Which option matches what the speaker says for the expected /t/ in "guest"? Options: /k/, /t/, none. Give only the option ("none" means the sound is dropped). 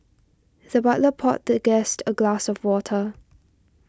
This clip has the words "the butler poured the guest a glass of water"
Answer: /t/